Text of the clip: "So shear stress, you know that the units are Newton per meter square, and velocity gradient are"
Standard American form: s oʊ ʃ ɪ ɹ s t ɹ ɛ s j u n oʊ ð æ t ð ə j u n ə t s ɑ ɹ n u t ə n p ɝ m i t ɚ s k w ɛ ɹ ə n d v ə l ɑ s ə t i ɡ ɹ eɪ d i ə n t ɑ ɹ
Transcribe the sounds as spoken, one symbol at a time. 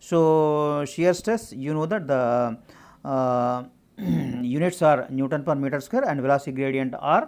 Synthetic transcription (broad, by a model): s oʊ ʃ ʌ ɹ s t ɛ s j u n oʊ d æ t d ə j u n ə t s ɑ ɹ n u t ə n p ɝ m i t ɚ s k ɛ ɹ ə n d v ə l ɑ s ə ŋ ɡ ɹ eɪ d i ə n t ɑ ɹ